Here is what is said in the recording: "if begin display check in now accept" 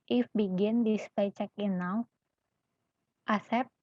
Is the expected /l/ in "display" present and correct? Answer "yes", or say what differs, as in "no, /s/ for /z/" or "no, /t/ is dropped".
no, /l/ is dropped